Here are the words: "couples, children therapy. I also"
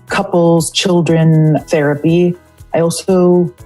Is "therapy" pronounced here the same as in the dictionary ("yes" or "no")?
yes